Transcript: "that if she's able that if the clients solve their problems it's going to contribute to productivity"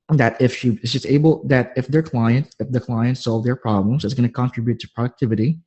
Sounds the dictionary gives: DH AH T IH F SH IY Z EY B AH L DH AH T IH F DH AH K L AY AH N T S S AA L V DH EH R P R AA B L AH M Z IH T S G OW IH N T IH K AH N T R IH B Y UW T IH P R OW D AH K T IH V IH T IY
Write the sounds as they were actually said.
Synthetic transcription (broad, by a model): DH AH T IH F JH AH S EY B L DH AH T IH F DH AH K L AY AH N T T S AA L V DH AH R P R AA B L AH M Z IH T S G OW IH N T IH K AH N T R IH B Y UW T IH P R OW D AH K T IH V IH T IY